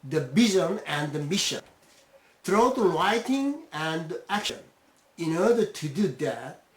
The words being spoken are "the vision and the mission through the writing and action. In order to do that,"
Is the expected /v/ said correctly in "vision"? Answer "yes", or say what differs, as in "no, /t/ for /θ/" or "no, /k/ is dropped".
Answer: no, /b/ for /v/